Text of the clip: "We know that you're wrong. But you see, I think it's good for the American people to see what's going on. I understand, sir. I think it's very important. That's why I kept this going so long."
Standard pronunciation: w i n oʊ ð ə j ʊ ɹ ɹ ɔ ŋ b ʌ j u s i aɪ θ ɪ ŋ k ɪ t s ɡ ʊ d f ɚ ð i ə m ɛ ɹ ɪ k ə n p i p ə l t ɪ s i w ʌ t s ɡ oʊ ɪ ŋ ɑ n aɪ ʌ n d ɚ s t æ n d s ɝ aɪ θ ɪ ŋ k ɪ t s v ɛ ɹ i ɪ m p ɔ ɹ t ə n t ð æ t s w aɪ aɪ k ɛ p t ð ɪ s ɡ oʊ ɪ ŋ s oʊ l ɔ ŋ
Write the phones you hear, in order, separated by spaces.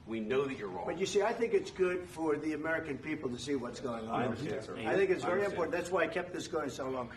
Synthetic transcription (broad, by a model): w i n oʊ ð ə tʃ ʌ ɹ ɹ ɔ b ʌ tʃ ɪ s i aɪ θ ɪ ŋ k ɪ t s ɡ ʊ d f ɚ ð i ə m ɛ ɹ ɪ k ə n p i p l t ɪ s i w ʌ t s ɡ oʊ ɪ ŋ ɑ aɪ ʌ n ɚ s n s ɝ aɪ θ ɪ ŋ k ɪ t s v ɛ ɹ i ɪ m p ɔ ɹ t n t ð æ t s w aɪ aɪ k ɛ p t ð ɪ s ɡ oʊ ɪ ŋ s oʊ l ɔ ŋ